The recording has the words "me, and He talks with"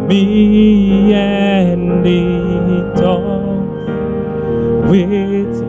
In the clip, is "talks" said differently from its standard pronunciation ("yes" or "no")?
yes